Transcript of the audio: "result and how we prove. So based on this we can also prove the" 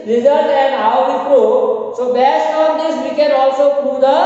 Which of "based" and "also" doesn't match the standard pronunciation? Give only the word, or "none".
none